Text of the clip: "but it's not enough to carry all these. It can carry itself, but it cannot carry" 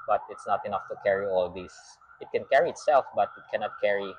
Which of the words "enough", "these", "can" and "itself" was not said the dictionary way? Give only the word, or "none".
these